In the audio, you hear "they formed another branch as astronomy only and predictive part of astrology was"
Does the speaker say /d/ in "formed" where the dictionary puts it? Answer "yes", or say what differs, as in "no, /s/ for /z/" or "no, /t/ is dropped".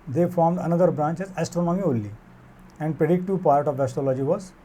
yes